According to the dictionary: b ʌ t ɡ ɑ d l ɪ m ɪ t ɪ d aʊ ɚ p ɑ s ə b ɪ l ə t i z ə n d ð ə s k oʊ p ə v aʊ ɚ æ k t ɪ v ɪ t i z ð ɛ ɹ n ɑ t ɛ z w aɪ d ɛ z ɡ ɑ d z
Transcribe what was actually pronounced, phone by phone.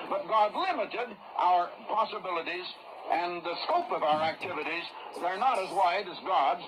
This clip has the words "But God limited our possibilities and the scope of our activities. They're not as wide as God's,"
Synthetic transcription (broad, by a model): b ʌ t ɡ ɑ d l ɪ m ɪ t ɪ d aʊ ɚ p ɑ s ə b ɪ l ə t i z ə n ð ə s k oʊ p ə v aʊ ɚ æ k t ɪ v ɪ t i z ð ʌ ɹ n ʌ t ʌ z w aɪ d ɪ z ɡ ɑ d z